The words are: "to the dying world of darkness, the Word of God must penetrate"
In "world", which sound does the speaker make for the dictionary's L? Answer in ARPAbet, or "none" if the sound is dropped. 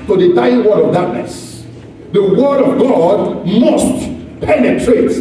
none